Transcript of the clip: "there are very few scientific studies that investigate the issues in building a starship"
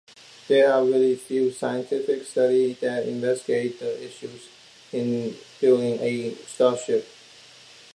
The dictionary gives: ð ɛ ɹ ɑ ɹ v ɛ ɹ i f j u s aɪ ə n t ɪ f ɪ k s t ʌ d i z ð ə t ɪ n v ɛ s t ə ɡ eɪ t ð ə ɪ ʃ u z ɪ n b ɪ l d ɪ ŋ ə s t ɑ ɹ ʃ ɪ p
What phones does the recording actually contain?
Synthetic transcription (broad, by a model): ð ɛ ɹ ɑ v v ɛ l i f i s aɪ ə n t ɪ f ɪ k s t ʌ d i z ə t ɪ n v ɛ s t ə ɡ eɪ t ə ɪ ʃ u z ɪ n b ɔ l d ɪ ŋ ə s t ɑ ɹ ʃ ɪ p